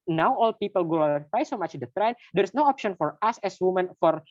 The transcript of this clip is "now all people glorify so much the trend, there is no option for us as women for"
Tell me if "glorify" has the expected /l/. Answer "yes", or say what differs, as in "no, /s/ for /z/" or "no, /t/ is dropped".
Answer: no, /l/ is dropped